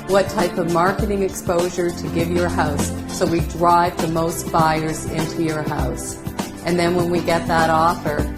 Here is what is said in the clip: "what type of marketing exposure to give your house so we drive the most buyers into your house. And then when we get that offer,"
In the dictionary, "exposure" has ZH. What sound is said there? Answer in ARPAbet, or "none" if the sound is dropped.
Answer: ZH